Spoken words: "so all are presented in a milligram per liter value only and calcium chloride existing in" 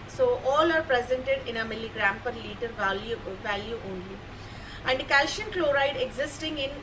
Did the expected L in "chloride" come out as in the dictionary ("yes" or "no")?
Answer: yes